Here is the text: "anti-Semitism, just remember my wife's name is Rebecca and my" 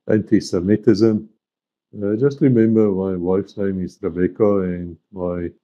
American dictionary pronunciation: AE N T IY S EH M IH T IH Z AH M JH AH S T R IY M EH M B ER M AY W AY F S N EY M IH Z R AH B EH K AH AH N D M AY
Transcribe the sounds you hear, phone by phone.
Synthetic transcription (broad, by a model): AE N T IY S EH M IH T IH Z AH M JH AH S T R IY M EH M B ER M AY W AY F S N EY M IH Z R AH B EH K AH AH N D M AY